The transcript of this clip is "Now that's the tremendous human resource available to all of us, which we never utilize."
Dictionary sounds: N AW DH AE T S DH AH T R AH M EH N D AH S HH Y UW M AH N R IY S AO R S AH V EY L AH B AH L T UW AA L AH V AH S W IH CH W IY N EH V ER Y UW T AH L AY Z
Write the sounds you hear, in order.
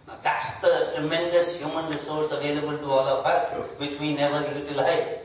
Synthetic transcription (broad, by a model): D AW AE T S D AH T R AH M EH N D AH S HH Y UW M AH N R IY S AO R S AH V EY L AH B AH L T UW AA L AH P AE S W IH CH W IY N EH V ER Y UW T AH L AY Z